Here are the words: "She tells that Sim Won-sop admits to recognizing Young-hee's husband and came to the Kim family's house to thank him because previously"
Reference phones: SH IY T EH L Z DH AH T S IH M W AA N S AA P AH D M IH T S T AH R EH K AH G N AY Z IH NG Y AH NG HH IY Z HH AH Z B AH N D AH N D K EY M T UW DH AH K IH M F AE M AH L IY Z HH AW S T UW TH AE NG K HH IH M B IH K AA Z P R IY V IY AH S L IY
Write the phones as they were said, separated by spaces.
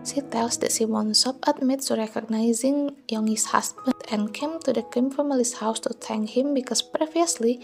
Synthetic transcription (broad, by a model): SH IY T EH L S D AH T SH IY W AA N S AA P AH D M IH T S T R EH K AH G N AY Z IH NG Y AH NG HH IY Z HH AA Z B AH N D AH N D K EY M T UW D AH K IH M F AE M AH L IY S HH AW S T UW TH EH NG K HH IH M B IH K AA S P R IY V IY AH S L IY